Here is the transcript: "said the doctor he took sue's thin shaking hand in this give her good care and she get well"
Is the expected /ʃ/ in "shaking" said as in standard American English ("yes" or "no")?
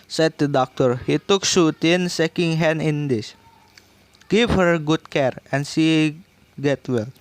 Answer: no